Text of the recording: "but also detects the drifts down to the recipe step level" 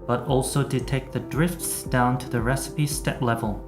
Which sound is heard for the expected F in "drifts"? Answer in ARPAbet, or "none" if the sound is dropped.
F